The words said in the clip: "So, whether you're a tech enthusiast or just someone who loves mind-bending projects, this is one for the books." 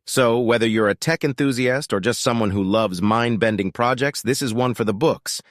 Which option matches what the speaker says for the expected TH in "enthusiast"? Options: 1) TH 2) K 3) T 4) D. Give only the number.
1